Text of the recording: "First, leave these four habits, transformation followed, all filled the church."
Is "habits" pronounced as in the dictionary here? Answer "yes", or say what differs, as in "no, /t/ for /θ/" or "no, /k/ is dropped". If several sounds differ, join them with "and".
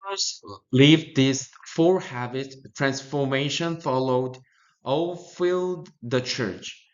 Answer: no, /s/ is dropped